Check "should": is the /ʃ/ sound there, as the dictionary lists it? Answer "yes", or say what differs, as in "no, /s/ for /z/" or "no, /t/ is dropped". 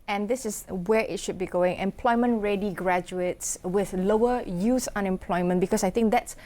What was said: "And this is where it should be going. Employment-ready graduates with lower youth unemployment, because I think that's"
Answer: yes